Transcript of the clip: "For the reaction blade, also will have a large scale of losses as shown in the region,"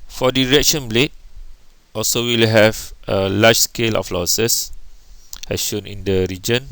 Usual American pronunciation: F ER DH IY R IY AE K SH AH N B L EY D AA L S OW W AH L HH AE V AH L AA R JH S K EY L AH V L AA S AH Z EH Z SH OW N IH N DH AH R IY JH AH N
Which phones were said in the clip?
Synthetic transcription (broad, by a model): F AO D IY R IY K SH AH N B L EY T AA L S OW W AH L HH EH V AH L AA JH S K EY L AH F L AA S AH S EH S SH OW N IH N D AH R IY JH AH N